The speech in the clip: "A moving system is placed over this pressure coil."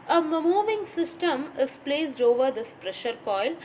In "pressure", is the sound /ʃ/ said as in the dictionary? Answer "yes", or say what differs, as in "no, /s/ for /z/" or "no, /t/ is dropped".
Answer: yes